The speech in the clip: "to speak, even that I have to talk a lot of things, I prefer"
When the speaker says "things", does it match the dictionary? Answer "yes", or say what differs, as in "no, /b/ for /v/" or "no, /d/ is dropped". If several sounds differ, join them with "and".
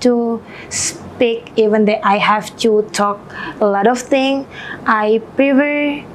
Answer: no, /z/ is dropped